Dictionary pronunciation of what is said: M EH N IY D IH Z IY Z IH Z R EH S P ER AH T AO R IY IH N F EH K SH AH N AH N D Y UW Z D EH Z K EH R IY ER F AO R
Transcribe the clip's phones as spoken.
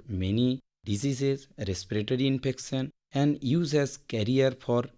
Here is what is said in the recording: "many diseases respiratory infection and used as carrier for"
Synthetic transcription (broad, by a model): M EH N IY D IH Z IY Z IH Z R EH S P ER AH T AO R IY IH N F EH K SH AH N AH N D Y UW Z EH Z K EH R IY ER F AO R